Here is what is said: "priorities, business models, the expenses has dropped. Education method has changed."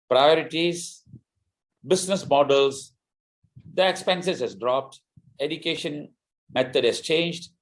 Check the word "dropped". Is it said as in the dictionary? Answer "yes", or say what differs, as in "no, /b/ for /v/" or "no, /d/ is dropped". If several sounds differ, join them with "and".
yes